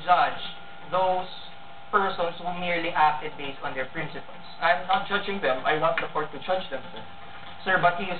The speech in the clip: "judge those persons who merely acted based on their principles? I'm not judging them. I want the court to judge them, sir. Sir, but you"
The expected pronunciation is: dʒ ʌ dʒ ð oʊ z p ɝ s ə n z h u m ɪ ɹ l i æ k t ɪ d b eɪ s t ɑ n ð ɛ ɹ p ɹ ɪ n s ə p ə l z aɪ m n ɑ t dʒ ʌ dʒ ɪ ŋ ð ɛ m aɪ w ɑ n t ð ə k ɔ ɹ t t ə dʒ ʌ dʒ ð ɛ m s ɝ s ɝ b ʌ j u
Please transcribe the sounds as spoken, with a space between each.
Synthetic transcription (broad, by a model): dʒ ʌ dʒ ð oʊ s p ɝ s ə n s h u m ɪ ɹ l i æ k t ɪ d b eɪ s t ɑ n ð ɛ ɹ p ɹ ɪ n s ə p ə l s aɪ m n ɑ t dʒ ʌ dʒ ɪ ŋ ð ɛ m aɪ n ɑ t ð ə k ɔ ɹ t t ə dʒ ʌ dʒ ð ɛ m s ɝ s ɝ b ʌ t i